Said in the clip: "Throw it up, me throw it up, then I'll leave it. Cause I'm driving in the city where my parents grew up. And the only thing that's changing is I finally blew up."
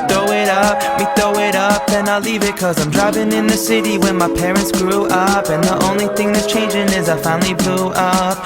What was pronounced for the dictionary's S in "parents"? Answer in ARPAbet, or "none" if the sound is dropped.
S